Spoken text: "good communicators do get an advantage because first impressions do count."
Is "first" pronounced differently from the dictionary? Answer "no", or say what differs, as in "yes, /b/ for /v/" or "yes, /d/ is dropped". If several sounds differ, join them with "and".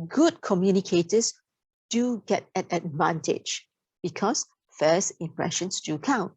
yes, /t/ is dropped